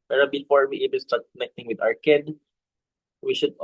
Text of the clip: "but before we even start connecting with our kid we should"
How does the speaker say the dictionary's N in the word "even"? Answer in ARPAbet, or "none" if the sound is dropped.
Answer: L